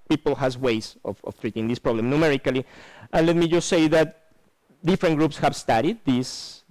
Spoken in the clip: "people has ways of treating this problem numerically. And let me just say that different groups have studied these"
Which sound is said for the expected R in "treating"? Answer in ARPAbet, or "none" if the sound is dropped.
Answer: R